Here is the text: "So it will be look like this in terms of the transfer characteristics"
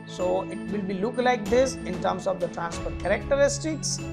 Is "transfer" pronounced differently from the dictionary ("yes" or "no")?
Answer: yes